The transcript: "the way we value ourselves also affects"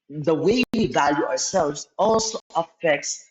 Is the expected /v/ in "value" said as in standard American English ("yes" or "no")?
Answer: yes